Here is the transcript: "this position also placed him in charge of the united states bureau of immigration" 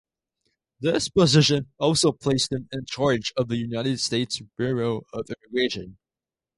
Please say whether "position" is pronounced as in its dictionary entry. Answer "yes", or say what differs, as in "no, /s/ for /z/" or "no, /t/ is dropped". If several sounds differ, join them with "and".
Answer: yes